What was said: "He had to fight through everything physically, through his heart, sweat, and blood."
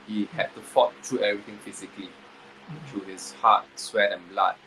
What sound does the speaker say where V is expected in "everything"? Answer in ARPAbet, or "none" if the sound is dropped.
none